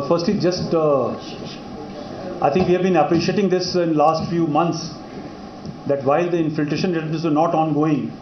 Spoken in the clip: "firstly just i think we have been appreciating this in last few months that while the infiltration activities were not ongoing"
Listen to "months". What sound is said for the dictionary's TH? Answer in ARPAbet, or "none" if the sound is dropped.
T